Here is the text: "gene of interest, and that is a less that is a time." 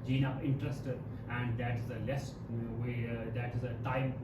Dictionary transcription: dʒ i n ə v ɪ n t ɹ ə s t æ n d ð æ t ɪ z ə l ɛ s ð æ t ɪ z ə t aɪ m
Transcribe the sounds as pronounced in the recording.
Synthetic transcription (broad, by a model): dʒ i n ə p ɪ n t ɹ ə s t æ n d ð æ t ɪ z ə l ɛ s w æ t ɪ z ə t aɪ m